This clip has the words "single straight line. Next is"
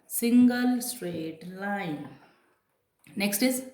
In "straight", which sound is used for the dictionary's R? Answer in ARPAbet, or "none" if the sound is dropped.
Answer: R